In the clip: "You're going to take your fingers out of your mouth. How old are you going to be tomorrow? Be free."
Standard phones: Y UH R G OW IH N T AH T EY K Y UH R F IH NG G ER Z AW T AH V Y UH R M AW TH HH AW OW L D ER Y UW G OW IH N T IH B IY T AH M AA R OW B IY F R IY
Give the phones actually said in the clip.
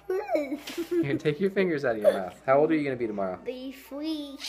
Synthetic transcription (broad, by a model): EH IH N T AH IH K Y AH R F IH NG G ER Z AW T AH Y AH R M AW TH HH AW OW L D ER Y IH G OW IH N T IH B IY T AH M AA R OW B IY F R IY